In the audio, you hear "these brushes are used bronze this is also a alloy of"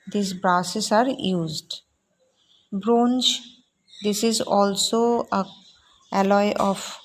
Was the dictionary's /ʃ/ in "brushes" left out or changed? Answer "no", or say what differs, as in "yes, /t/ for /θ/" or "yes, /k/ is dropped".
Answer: yes, /s/ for /ʃ/